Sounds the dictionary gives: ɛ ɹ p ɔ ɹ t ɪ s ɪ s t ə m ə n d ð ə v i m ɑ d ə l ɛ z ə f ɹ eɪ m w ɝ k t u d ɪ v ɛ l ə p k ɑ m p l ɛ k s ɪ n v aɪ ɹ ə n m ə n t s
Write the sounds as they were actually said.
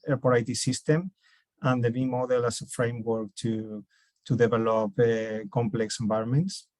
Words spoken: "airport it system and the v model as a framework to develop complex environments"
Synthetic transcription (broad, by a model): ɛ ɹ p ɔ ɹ t ɪ s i s t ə m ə n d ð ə b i m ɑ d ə l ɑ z ə f ɹ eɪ m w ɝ k t u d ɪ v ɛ l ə p k ɑ m p l ɛ k s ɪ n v aɪ ɹ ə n m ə n t s